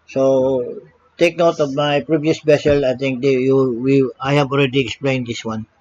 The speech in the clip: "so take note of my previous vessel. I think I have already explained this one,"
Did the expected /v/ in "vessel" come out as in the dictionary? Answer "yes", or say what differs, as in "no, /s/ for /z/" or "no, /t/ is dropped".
no, /b/ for /v/